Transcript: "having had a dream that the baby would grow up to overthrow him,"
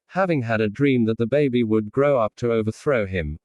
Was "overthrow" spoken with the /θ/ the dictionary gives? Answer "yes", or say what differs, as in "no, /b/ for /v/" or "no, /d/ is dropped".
yes